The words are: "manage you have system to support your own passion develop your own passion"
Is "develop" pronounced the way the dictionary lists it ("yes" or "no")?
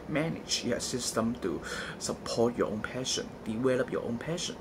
no